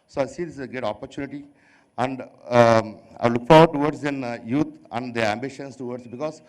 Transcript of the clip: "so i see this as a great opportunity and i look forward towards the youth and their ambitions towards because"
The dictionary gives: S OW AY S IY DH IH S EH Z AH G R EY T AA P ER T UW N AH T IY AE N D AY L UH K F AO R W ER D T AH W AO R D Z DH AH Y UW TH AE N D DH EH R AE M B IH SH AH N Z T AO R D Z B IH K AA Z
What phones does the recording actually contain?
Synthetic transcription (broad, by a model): S OW AY S IY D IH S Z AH G EY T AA P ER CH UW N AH T IY AE N D AY L UH K F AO R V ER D T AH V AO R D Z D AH Y UW T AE N D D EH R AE M B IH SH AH N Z T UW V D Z B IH K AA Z